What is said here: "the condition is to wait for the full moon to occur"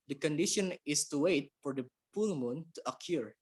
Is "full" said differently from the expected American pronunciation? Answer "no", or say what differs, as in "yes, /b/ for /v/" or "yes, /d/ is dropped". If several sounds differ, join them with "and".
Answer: yes, /p/ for /f/